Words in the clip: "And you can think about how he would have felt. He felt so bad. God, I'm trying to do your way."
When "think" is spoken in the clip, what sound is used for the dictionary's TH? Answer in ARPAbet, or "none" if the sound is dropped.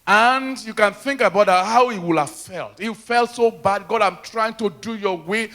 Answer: TH